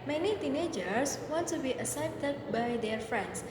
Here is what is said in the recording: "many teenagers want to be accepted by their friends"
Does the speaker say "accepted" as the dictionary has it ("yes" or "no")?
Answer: no